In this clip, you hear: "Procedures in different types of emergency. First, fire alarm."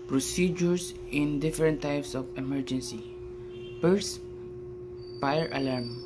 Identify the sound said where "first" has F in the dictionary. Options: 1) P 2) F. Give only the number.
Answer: 1